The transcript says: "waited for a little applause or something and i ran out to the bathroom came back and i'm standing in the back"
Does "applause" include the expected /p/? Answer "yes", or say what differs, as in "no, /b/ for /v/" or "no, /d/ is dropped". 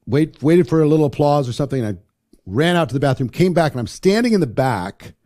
yes